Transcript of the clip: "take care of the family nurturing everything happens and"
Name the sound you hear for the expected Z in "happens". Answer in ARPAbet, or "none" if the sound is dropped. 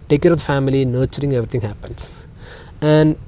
S